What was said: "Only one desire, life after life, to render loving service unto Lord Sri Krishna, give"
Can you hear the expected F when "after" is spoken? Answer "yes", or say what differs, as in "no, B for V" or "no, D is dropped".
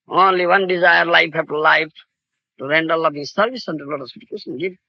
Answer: no, F is dropped